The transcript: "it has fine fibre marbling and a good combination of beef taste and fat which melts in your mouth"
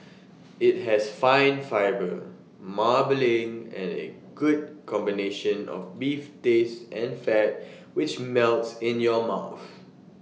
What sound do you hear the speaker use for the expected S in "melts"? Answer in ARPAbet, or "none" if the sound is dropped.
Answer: S